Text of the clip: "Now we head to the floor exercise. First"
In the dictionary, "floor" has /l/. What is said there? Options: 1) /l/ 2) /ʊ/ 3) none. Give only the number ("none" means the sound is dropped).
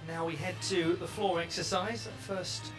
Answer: 1